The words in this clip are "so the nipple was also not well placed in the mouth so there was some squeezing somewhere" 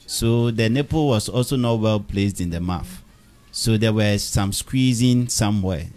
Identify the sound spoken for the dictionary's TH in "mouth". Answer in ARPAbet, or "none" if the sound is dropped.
F